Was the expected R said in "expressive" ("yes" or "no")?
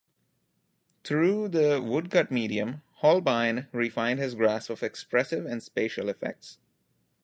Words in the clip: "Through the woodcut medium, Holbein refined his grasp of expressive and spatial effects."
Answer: yes